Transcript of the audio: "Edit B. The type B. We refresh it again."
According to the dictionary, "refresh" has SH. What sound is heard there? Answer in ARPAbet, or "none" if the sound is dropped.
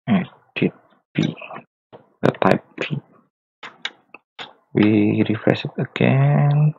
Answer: S